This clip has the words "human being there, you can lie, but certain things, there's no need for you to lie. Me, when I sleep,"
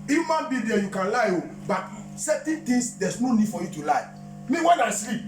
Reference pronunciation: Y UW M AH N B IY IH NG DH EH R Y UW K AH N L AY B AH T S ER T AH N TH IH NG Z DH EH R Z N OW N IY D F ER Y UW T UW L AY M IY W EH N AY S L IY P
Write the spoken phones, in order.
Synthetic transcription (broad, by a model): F M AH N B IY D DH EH Y UW K AH N L AY B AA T S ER T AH N T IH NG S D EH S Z N OW N IY D F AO Y UW T UW L AY M IY W EH N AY S L IY P